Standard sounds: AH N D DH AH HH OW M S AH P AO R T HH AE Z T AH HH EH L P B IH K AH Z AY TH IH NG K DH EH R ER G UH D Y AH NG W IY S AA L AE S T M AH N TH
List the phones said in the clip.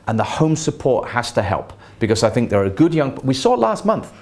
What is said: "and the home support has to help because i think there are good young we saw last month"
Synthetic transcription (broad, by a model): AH N DH AH HH OW M S AH P AO R T HH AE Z T AH HH EH L P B IH K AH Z AY TH IH NG K DH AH R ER G UH D Y AH NG W IY S AA L AE S T M AH N TH